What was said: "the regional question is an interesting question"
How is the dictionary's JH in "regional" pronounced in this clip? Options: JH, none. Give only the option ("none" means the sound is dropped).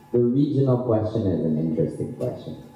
JH